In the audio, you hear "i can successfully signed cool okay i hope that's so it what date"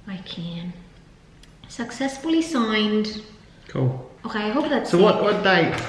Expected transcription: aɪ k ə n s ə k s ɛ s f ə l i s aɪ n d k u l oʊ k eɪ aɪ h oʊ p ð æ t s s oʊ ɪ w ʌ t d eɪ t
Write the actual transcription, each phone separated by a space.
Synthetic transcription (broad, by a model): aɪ k ə n s ə k s ɛ s f ə l i s aɪ n d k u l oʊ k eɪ aɪ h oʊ b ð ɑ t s s oʊ ɪ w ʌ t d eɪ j